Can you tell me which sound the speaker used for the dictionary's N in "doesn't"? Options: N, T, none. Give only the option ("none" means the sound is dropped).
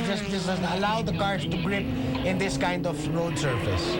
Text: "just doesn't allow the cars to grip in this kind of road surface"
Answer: none